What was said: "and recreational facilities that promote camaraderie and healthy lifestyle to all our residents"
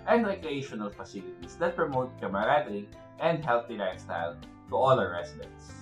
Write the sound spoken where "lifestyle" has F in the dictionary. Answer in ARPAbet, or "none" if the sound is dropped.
none